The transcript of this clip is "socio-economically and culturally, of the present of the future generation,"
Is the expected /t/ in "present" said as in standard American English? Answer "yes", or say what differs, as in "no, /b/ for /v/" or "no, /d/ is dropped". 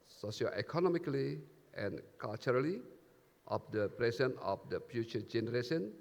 no, /t/ is dropped